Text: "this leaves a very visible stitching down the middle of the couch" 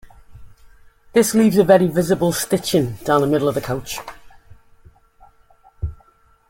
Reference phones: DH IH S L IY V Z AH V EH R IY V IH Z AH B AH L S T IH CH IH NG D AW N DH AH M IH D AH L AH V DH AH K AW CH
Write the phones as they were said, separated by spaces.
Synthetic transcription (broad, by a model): DH IH S L IY V Z AH V EH R IY V IH Z AH B AH L S T IH CH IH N D AW N DH AH M IH D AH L AH V DH AH K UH CH